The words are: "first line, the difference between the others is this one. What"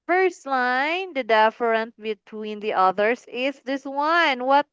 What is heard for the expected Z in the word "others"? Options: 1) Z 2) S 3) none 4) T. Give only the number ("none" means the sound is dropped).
2